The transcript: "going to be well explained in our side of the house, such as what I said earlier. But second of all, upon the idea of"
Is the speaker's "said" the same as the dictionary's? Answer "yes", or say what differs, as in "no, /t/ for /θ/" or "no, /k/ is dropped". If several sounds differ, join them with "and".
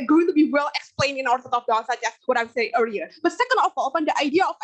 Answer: no, /d/ is dropped